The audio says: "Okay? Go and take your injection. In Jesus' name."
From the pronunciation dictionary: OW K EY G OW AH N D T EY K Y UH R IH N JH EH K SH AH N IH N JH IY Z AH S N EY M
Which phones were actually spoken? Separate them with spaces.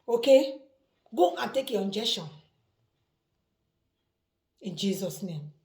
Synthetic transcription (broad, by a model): OW K EY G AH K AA T EY K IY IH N JH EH SH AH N IH N JH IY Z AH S N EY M